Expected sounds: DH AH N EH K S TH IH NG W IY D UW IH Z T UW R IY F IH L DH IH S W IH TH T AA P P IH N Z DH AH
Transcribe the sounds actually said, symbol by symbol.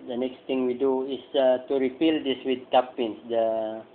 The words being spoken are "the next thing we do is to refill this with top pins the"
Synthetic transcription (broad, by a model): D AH N EH K S T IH NG W IY D UW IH S T UW R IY P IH L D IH S W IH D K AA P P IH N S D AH